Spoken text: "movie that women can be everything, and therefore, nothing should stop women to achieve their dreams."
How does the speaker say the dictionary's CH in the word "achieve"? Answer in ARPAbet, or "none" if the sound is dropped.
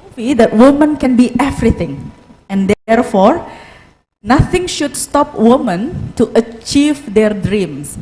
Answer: CH